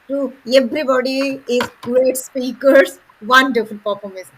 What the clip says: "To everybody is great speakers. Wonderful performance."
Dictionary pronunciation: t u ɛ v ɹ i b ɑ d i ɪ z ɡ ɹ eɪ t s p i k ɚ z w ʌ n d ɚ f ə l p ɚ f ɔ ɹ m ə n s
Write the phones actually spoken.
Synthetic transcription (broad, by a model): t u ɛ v ɹ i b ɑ d i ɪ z ɡ ɹ eɪ t s p i k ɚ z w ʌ n d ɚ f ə n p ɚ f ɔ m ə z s